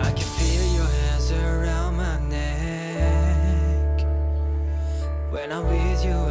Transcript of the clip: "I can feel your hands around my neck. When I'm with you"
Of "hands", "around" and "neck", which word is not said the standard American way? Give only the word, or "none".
none